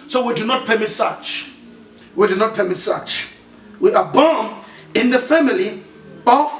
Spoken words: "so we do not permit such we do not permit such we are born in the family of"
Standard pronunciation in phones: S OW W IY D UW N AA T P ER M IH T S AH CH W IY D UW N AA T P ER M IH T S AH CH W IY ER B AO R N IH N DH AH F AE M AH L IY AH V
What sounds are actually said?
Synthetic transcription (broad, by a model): S OW W IY D UW N AA T P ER M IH T S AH CH W IY D UW N AA T P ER M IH T S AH CH W IY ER B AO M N IH N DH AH F AE M AH L IY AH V